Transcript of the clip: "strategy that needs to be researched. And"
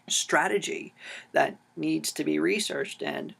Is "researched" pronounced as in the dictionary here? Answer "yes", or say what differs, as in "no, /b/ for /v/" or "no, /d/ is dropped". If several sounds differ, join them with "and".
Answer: yes